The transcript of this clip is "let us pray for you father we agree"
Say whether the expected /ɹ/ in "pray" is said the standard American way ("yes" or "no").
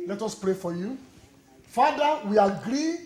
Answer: yes